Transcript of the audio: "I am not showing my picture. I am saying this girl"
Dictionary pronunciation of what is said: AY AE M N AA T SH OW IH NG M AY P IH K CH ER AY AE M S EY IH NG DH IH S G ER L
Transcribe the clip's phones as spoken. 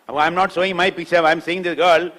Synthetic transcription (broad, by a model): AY M N AA T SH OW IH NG M AY P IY CH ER AY M S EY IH NG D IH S G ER L